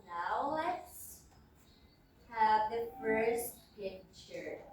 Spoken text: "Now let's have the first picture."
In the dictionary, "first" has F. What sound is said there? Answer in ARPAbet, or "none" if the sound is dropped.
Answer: F